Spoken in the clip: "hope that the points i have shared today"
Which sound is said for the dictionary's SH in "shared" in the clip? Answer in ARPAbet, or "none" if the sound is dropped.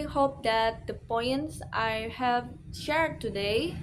SH